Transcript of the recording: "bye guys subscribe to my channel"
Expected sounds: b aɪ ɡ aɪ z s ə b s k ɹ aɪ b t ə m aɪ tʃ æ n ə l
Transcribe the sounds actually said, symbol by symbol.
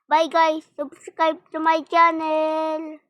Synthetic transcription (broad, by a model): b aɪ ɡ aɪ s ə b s k aɪ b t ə m aɪ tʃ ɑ n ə l